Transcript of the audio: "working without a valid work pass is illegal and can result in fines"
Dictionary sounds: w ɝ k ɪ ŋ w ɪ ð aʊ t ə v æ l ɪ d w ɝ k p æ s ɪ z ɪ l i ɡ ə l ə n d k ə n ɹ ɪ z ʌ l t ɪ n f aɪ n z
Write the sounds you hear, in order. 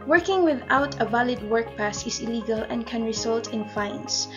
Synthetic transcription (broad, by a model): w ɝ k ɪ ŋ w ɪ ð aʊ t ə v æ l ɪ d w ɝ k p æ s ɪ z ɪ l i ɡ ə l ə n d k ə n ɹ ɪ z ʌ l t ɪ n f aɪ n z